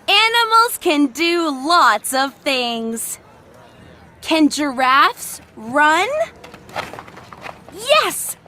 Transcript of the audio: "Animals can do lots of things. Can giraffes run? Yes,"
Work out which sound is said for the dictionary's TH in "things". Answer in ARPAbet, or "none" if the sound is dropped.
TH